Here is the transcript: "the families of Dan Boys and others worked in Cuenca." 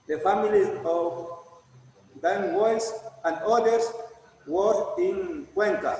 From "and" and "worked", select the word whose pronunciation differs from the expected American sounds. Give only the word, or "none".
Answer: worked